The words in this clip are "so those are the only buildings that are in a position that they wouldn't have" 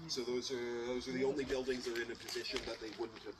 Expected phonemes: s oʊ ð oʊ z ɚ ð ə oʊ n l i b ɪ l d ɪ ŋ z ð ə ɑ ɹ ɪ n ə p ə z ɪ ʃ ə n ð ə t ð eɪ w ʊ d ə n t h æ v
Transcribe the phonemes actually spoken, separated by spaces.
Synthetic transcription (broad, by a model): s oʊ ð oʊ z ɚ ð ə oʊ n l i b ɪ l d ɪ ŋ z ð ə ɹ ɪ n ə p ə z ɪ ʃ ə n ð ə t ð eɪ w ʊ d n t h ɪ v